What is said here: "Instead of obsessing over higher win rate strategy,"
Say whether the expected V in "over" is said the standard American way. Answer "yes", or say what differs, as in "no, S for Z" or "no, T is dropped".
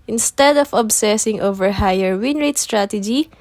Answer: yes